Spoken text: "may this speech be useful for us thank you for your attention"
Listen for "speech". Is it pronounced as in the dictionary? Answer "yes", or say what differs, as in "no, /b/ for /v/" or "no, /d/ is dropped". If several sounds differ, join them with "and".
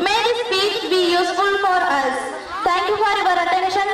no, /s/ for /tʃ/